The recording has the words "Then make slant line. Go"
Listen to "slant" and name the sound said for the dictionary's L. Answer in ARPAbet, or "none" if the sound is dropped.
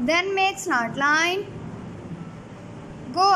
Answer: N